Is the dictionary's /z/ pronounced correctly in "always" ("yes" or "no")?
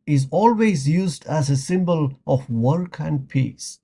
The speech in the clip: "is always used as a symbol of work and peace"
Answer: yes